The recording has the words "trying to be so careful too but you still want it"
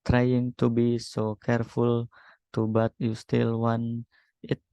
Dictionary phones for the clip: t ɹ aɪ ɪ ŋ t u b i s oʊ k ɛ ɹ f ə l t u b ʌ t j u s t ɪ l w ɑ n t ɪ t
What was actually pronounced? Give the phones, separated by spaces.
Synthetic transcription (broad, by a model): t ɹ aɪ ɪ ŋ t u b i s oʊ k ɛ ɹ f ə l t u b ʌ t j u s t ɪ l w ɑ n ɪ t